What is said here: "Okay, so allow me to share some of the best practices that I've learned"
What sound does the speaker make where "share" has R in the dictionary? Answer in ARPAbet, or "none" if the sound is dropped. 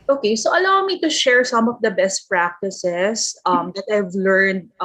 R